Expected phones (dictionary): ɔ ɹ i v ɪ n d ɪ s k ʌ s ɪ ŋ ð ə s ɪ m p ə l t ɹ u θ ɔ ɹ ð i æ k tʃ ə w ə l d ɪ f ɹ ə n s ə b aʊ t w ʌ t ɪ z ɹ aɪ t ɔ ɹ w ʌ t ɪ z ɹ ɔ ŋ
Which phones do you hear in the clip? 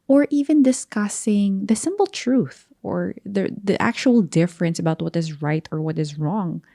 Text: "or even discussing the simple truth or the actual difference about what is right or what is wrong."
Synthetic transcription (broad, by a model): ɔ ɹ i v ɪ n d ɪ s k ʌ s ɪ ŋ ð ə s ɪ m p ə l t ɹ u θ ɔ ɹ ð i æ k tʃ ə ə l d ɪ f ɹ ə n s ə b aʊ t w ʌ t ɪ z ɹ aɪ t ɔ ɹ w ʌ t ɪ z ɹ ɔ ŋ